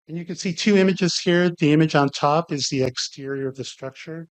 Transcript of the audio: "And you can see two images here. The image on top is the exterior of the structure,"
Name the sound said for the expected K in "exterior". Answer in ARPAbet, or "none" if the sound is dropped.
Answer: K